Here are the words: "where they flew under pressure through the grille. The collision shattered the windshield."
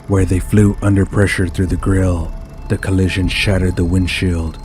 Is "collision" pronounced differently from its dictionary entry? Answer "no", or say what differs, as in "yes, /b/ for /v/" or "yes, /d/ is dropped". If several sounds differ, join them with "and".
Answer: no